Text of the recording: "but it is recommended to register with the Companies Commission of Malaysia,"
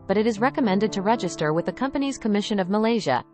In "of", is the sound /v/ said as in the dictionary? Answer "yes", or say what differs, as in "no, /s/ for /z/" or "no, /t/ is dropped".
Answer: yes